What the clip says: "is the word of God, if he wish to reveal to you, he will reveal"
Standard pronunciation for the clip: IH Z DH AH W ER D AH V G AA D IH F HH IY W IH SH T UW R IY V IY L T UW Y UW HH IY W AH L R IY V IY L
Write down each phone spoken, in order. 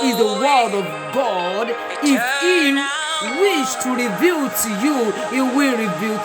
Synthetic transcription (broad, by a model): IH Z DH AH W ER D AH V G AA D IH F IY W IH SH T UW R IY V IY L T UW Y UW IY W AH R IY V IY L